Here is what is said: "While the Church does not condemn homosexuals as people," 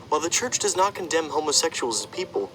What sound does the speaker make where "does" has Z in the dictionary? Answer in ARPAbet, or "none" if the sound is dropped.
Z